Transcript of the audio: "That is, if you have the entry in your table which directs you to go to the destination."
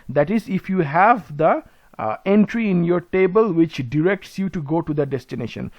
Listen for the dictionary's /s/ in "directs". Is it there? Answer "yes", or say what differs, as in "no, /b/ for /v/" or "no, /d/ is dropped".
yes